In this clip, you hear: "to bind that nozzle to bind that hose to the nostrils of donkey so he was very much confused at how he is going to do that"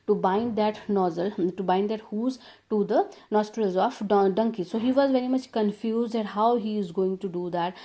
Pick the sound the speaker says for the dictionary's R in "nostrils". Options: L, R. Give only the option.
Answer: R